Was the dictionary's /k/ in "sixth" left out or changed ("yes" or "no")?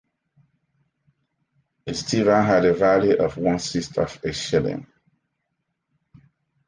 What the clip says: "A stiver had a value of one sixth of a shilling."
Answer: yes